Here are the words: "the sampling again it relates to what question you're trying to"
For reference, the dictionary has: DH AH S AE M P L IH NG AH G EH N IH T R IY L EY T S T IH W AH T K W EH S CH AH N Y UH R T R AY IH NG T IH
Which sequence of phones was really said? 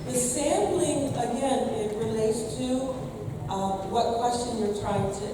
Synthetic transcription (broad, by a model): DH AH S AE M B L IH NG AH G EH N IH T R IY L EY T S T IH W AH T K W EH S CH AH N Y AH R T R AY IH NG T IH